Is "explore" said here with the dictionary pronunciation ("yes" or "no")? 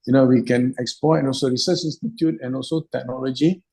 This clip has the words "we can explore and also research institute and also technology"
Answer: no